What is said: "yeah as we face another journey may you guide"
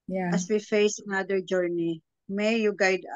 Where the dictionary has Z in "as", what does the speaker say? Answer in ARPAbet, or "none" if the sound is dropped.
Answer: S